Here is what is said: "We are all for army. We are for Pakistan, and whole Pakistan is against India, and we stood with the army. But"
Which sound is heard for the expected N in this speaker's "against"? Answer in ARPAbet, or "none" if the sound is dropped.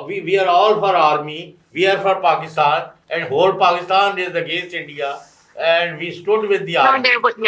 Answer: none